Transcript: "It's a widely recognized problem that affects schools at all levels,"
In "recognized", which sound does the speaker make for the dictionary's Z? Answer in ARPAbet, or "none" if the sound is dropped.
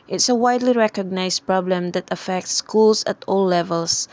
S